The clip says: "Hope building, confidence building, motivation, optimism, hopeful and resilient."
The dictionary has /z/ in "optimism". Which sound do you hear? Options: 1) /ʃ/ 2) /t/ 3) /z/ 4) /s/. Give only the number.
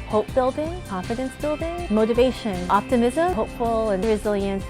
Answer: 3